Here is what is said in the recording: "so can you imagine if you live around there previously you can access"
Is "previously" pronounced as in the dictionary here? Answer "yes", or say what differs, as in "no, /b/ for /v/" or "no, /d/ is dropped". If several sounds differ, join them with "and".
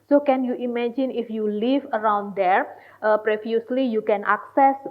no, /f/ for /v/